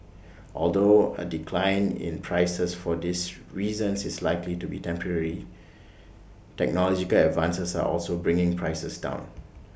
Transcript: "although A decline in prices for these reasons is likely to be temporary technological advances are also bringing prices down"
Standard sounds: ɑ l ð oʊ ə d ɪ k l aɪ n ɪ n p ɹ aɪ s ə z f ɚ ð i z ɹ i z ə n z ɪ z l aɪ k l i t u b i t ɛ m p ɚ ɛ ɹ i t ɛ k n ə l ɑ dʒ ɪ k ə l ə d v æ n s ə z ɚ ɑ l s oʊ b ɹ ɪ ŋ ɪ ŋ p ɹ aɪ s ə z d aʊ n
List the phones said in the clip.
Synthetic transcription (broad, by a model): ɑ l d oʊ ə d ɪ k l aɪ n ɪ n p ɹ aɪ s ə s f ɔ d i s ɹ i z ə n s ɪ s l aɪ k l i t u b i t ɛ m p ɚ ɛ ɹ i t ɛ k n ə l ɑ dʒ ɪ k ə l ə d v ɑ n s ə s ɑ ɑ l s oʊ b ɹ ɪ ŋ ɪ ŋ p ɹ aɪ s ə s d aʊ n